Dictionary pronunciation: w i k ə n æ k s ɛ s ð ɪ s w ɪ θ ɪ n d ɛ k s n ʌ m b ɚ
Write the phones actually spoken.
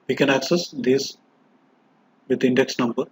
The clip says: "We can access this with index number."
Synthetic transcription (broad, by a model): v i k ə n æ k s ɛ s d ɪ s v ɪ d ɪ n d ɛ k s n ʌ m b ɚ